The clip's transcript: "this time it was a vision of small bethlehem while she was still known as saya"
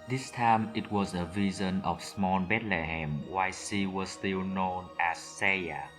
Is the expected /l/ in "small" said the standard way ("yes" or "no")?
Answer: no